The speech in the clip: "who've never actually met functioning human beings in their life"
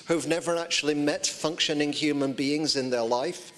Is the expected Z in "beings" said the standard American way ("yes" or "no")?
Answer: yes